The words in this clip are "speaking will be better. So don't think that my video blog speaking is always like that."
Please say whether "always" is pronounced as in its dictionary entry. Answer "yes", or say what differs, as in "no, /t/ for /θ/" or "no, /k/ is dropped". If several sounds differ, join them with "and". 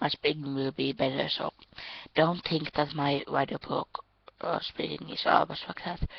no, /s/ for /z/